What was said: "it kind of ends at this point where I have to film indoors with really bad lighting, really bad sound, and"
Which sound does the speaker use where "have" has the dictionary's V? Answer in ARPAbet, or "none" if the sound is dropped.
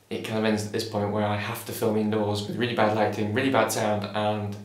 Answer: F